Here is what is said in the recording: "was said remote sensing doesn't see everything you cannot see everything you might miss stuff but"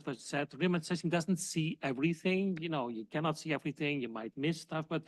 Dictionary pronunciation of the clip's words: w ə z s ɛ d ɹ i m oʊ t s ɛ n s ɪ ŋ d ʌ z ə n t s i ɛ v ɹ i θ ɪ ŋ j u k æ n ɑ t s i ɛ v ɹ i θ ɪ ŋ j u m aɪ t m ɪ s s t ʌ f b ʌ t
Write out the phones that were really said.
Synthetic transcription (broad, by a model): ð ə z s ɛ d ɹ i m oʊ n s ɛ s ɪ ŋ d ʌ z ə n t s i ɛ v ɹ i θ ɪ ŋ j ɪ k æ n ɑ t s i ɛ v ɹ i θ ɪ ŋ j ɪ m aɪ t m ɪ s s t ʌ f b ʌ t